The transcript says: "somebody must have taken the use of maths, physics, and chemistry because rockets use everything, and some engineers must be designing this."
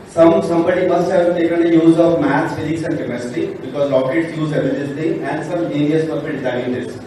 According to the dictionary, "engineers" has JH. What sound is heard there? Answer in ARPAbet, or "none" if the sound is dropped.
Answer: none